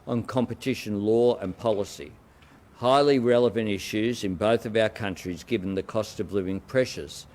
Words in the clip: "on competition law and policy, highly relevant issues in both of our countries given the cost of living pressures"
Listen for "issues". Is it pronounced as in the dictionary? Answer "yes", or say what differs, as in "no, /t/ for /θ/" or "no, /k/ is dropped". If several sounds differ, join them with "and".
yes